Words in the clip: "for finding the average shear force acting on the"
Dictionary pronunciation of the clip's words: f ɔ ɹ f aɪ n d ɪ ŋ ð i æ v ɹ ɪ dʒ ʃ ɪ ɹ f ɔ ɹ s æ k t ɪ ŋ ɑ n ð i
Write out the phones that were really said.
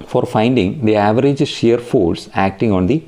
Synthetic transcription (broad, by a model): f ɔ ɹ f aɪ n d ɪ ŋ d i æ v ɹ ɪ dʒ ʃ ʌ ɹ f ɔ l s æ k t ɪ ŋ ɑ n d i